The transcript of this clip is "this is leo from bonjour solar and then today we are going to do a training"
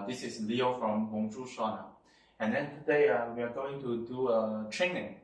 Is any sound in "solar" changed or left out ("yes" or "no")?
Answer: yes